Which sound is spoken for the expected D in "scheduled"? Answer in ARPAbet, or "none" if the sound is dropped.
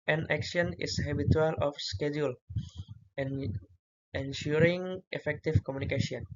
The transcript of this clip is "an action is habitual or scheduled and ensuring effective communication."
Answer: none